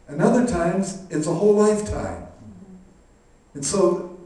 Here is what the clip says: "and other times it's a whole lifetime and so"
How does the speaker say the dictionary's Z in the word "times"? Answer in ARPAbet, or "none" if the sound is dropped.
Z